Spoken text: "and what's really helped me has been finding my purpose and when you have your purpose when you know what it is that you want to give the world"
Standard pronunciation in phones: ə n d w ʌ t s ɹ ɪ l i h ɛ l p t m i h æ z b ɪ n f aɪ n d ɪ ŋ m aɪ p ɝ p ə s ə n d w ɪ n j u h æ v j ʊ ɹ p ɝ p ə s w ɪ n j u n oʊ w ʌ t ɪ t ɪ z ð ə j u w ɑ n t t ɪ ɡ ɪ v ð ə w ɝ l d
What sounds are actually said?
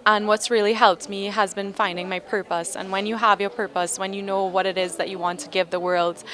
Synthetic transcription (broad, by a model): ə n w ʌ t s ɹ ɪ l i h ɛ l p t m i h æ z b ɪ n f aɪ n d ɪ ŋ m aɪ p ɝ p ə s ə n w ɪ n j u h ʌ v j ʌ ɹ p ɝ p ə s w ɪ n j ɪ n oʊ w ʌ t ɪ t ɪ z ð ə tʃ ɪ w ɑ n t t ɪ ɡ ɪ v ð ə w ɝ l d